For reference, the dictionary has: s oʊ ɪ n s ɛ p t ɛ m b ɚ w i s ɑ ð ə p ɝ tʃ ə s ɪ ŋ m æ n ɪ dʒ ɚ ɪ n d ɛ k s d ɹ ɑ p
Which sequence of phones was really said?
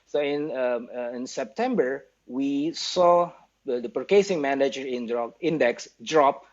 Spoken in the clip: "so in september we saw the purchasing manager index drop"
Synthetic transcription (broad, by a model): s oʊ ɪ n s ɛ p t ɛ m b ɚ w i s ɑ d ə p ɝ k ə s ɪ ŋ m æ n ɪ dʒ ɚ ɪ n d ɛ k s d ɹ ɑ p